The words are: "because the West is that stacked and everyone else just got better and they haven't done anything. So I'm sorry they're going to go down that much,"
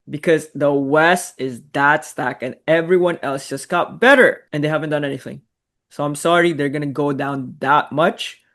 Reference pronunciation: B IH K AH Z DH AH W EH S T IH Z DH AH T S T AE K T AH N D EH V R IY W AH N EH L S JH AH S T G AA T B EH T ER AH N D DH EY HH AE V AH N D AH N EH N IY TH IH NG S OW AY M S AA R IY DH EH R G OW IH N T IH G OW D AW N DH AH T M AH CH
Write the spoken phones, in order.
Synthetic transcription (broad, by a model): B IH K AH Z DH AH W EH S T IH Z DH AH T S T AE K AH N EH V R IY W AH N EH L S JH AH S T G AA T B EH T ER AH N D DH EY HH AE V AH N D AH N EH N IY TH IH NG S OW AY M S AA R IY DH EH R G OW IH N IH G OW D AW N DH AH T M AH CH